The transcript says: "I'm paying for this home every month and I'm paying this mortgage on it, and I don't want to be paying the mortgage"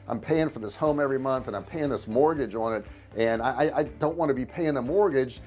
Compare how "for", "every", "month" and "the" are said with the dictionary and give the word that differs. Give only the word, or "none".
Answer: none